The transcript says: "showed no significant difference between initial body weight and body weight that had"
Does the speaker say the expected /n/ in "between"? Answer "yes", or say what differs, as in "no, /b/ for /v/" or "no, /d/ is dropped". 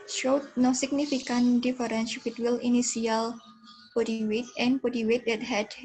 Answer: no, /l/ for /n/